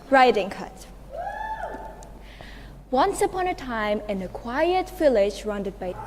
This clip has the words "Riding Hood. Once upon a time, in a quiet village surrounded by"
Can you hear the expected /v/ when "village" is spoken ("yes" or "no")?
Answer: no